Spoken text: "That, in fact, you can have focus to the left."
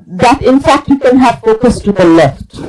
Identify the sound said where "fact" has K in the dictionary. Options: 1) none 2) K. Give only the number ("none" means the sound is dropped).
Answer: 2